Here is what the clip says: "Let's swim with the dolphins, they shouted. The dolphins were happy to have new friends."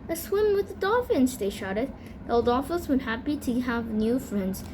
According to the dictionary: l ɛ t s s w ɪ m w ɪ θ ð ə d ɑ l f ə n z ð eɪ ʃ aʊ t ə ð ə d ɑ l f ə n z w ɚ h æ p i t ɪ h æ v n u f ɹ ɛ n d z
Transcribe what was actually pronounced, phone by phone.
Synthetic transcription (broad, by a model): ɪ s s w ɪ m w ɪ ð ə d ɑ f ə n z ð eɪ ʃ aʊ t ə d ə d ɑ f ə z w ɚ h æ p i t ɪ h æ v n u f ɹ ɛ n d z